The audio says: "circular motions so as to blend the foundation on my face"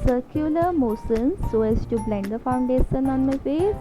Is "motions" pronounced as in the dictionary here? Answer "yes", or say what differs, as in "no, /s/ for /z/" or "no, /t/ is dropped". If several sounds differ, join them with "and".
no, /s/ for /ʃ/